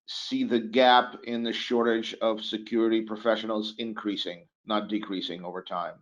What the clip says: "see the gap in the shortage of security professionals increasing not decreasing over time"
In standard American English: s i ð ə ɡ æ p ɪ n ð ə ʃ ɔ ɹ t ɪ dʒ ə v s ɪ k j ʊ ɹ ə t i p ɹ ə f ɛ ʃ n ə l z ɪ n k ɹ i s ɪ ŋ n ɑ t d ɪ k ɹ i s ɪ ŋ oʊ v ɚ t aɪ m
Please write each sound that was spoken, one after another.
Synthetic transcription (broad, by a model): s i ð ə ɡ æ p ɪ n ð ə ʃ ɔ ɹ t ɪ dʒ ə v s ɪ k j ʊ ɹ ə t i p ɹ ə f ɛ ʃ n l z ɪ n k ɹ i s ɪ ŋ n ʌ t d ɪ k ɹ i s ɪ ŋ oʊ v ɚ t aɪ m